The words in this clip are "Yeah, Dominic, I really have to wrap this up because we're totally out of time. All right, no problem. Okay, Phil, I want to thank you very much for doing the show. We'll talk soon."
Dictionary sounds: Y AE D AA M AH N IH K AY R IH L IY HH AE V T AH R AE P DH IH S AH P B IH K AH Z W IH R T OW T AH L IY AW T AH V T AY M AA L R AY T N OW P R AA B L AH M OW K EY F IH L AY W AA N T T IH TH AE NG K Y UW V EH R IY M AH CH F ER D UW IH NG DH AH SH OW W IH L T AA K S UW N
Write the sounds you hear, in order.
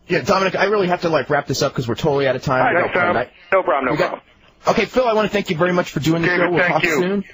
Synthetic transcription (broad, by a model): Y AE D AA M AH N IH K AY R IH L IY HH AE F T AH R AE P DH IH S AH P K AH Z W IH R T OW T L IY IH T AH T AY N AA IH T N OW B R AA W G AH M OW K EY F IH L AY W AA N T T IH TH AE NG K Y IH V EH R IY M AH CH F ER D UW IH NG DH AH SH OW W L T AA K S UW N